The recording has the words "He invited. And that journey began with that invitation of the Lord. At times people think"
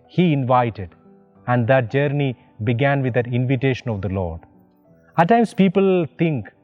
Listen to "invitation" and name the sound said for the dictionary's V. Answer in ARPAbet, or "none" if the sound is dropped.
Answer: V